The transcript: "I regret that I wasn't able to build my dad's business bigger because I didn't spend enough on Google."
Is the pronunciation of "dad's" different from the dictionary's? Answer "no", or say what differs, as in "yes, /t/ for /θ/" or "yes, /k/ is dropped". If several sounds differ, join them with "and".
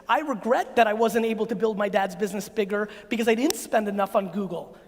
no